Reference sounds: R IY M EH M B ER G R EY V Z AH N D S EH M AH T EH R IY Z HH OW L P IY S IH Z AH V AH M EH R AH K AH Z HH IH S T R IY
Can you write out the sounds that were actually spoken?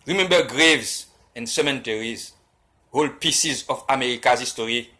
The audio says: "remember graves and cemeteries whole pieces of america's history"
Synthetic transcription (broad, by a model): R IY M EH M B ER G R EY V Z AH N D S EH M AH T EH R IY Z HH OW L P IY S IH Z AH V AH M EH R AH K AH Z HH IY S T R IY